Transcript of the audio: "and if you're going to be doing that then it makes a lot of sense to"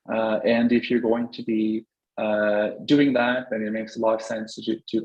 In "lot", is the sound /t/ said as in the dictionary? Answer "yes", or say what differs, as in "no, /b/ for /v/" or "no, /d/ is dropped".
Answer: no, /t/ is dropped